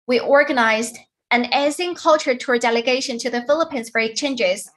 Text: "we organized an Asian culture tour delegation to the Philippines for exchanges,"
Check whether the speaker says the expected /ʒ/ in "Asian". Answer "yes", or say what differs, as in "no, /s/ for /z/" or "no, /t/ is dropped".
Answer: no, /z/ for /ʒ/